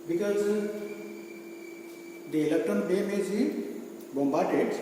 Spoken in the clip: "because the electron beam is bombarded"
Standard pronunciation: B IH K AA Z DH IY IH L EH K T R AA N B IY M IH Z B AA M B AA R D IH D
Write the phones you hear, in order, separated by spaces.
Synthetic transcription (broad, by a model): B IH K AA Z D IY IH L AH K T AA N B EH M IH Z B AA M B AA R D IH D